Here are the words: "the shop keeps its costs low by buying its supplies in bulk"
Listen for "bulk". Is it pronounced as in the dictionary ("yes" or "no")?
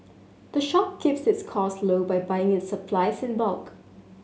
yes